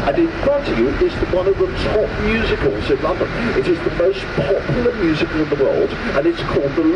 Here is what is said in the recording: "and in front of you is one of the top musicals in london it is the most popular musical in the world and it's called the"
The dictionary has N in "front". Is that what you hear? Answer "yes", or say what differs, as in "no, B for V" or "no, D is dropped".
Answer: no, N is dropped